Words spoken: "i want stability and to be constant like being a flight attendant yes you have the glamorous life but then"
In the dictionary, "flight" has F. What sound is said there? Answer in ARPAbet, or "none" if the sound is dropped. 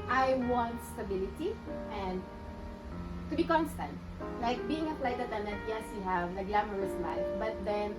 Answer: P